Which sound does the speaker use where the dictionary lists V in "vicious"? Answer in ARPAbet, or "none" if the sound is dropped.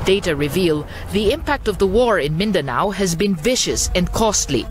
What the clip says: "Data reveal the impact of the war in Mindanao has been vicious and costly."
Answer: V